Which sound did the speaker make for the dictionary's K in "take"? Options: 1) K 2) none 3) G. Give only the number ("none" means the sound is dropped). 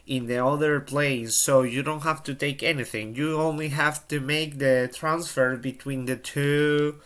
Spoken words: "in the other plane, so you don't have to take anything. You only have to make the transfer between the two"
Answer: 1